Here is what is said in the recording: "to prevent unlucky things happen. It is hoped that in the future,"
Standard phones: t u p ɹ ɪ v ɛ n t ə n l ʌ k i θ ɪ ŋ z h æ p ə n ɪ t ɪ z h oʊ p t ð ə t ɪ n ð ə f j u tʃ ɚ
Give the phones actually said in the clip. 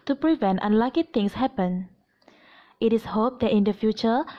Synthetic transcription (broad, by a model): t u p ɹ ɪ v ɛ n t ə n l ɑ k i t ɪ ŋ s h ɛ p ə n ɪ t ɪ s h oʊ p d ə t ɪ n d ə f j u tʃ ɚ